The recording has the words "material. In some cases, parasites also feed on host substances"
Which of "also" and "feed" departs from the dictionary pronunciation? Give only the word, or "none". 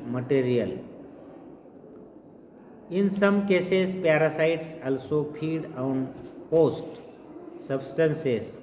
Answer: feed